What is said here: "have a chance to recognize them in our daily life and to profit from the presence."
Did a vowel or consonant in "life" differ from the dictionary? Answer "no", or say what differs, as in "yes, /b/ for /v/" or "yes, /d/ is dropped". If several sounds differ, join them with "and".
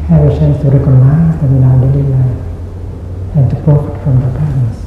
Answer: yes, /f/ is dropped